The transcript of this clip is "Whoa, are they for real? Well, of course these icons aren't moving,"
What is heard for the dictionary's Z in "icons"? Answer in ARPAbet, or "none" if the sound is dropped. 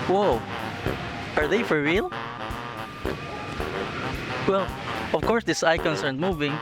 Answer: S